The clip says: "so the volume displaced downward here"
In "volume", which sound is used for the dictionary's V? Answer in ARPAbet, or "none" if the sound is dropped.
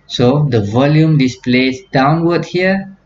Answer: V